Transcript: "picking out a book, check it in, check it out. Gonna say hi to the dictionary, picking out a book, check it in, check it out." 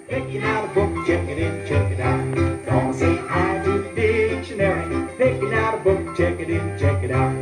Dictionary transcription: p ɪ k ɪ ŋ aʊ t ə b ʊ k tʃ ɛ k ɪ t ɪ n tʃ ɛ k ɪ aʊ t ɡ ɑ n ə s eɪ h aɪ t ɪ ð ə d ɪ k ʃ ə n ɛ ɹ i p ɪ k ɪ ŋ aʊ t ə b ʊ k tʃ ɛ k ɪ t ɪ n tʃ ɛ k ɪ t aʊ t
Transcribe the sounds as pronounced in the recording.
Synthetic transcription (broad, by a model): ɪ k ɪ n aʊ t ə b ʊ k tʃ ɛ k ɪ t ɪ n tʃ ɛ k ɪ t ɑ ə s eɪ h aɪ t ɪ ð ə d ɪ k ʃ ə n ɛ ɹ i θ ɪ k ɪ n aʊ t ə b ʊ k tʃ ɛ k ɪ t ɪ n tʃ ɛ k ɪ t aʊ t